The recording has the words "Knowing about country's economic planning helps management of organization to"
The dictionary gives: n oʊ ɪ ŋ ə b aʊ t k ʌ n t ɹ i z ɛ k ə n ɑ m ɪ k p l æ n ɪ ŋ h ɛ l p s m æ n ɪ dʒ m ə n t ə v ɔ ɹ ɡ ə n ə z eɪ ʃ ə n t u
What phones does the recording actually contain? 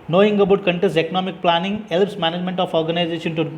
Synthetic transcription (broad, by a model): n oʊ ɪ ŋ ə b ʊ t k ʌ n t i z ɛ k ə n ɑ m ɪ k p l æ n ɪ ŋ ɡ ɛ l p s m æ n ɪ dʒ m ə n t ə f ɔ ɹ ɡ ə n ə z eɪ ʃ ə n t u